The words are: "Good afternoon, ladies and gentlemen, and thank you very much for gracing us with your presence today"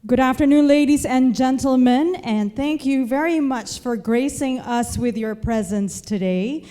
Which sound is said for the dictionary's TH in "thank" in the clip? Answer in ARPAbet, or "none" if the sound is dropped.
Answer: TH